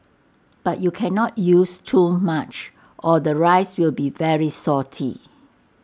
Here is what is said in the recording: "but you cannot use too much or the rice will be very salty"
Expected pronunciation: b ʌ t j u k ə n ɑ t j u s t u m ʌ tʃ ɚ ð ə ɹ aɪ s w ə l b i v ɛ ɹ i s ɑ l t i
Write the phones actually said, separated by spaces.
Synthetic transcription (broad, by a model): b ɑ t j u k ə n ɑ t j u s t u m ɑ tʃ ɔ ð ə ɹ aɪ s w ə l b i v ɛ ɹ i s ɑ t i